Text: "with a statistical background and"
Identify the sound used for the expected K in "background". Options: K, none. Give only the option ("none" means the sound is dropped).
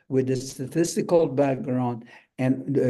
K